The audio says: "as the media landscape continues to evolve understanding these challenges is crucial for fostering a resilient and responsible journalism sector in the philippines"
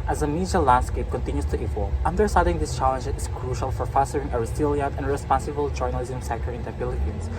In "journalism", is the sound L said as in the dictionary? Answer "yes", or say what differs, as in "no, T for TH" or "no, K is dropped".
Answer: yes